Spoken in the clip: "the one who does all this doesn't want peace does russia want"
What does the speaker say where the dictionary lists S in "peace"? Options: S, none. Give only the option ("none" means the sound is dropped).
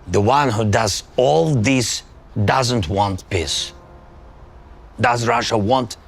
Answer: S